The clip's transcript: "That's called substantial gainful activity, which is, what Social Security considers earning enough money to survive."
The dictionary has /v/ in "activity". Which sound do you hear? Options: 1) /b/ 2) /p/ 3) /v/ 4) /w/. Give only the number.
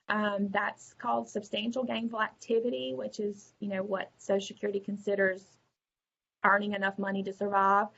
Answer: 3